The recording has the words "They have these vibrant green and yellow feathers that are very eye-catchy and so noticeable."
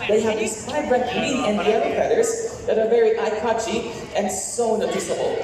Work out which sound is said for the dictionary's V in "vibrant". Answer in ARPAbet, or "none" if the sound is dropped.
F